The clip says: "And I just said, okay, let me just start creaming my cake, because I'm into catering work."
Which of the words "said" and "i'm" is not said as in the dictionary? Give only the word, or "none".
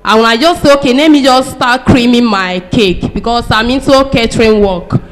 said